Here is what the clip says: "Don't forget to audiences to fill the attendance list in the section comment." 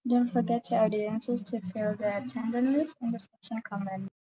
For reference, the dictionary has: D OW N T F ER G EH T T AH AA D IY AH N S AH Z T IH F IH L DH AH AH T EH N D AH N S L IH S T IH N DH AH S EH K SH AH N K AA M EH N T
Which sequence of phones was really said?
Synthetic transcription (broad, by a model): D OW N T F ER G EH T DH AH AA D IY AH N S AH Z T IH F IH L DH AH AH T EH N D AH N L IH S IH N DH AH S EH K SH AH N K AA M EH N